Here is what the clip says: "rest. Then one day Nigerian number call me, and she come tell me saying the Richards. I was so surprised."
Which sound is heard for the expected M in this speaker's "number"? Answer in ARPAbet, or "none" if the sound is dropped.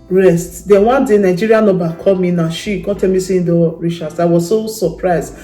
none